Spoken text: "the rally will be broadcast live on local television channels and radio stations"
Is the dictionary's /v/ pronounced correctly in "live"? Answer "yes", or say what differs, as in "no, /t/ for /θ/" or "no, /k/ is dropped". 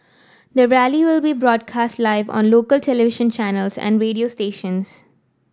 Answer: yes